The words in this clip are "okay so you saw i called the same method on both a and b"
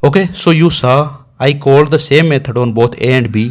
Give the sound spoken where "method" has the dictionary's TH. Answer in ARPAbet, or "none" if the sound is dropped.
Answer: T